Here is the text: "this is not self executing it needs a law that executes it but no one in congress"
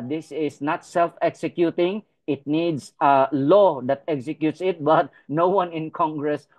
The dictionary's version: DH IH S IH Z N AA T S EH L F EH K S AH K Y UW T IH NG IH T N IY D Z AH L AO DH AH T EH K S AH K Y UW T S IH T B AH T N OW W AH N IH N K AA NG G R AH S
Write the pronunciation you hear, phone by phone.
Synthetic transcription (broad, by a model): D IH S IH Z N AA T S EH L F EH K S AH K Y UW T IH NG IH T N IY D S AH L AO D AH T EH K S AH K Y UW T S IH T B AH T N OW W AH N IH N K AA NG G R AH S